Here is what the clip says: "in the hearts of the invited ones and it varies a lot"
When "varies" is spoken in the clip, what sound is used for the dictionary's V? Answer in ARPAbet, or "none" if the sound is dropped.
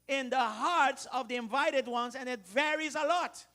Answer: V